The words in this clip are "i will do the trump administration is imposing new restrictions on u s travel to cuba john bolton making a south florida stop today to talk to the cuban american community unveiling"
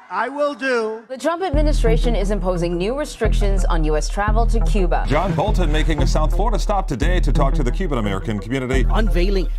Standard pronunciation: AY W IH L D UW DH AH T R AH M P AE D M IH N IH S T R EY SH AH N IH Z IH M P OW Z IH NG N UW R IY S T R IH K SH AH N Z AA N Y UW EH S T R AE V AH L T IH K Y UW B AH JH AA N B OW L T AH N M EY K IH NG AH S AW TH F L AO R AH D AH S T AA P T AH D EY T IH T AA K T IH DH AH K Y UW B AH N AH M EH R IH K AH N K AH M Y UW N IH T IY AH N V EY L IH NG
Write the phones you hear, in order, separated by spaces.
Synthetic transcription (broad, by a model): AY W IH L D UW DH AH T R AH M P AE D M IH N IH S T R EY SH AH N IH Z IH M P OW Z IH NG N UW R IY S T R IH K SH AH N Z N Y UW EH S T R AE V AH L T IH K Y UW B AH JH AA N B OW L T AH N M EY K IH NG AH S AW TH F L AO R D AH S T AA P T AH D EY T IH T AA K T IH DH AH K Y UW B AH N AH M EH R IH K AH N K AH M Y UW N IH T IY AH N V EY L IH NG